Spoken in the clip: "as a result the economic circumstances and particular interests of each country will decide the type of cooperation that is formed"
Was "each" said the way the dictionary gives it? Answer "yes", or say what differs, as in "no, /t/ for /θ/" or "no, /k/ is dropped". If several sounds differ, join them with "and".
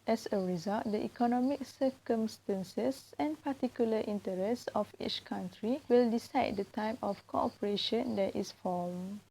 yes